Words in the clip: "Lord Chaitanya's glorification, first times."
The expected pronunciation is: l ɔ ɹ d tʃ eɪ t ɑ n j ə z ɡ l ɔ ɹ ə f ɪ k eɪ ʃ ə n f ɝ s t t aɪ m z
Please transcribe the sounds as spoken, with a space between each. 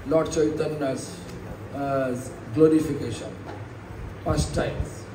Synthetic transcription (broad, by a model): l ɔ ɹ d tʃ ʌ t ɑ n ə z ɡ l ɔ ɹ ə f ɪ k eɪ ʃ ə n p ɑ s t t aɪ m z